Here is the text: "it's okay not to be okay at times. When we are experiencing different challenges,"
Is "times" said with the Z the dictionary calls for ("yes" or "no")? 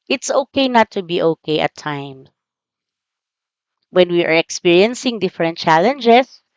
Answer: no